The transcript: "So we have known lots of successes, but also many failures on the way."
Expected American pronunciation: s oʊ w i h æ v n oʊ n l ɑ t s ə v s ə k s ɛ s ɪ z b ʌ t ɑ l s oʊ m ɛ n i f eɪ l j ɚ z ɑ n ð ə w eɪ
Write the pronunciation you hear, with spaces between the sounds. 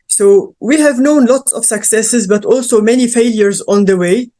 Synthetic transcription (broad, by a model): s oʊ w i h æ v n oʊ n l ɑ t s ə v s ə k s ɛ s ɪ z b ʌ t ɑ l s oʊ m ɛ n i f eɪ l j ɚ z ɑ n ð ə w eɪ